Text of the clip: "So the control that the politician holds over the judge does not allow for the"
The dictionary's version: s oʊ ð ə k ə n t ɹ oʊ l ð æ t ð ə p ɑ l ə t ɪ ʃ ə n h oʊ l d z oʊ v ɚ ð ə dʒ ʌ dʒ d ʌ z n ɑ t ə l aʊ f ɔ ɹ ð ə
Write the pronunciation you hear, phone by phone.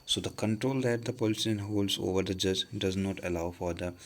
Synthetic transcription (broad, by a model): s oʊ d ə k ə n t ɹ oʊ l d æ t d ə p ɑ l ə s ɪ ə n h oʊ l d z oʊ v ɚ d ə dʒ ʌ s d ʌ z n ɑ t ə l aʊ f ɔ ɹ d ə